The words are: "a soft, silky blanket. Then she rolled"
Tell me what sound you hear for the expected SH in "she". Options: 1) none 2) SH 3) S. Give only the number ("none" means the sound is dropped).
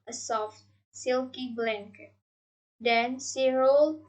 3